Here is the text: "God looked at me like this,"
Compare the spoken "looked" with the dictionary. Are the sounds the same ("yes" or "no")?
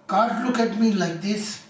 no